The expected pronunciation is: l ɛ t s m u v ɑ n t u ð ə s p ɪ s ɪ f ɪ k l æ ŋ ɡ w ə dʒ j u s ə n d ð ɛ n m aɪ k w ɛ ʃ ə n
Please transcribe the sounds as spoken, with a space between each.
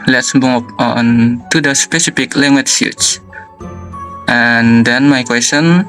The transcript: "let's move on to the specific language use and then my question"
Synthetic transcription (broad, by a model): l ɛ t s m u p ɑ n t u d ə s p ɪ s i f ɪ k l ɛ ŋ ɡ w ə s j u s ə n d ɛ n m aɪ k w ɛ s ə n